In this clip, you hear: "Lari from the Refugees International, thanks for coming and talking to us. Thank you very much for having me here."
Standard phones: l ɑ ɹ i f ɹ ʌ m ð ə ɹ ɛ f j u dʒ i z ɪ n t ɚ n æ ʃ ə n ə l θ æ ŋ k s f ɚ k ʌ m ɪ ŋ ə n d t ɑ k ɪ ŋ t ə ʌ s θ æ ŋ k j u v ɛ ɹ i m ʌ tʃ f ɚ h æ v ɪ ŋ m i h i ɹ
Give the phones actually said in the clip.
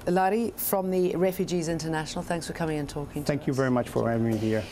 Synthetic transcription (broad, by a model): l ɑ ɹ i f ɹ ʌ m ð ə ɹ ɛ f j u dʒ i z ɪ n t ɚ n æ ʃ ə n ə l θ æ ŋ k s f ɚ k ʌ m ɪ ŋ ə n t ɑ k ɪ ŋ θ æ ŋ k j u v ɛ ɹ i m ʌ tʃ f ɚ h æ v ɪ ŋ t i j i